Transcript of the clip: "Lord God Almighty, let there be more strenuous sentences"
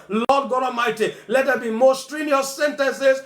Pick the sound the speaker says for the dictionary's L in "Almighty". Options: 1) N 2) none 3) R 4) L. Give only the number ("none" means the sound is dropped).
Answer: 2